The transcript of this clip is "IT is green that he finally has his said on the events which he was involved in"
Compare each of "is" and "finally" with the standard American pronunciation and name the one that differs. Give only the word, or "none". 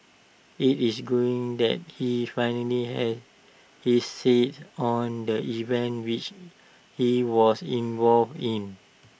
is